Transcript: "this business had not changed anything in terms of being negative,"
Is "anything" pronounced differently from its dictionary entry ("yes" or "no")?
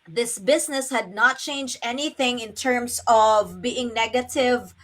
no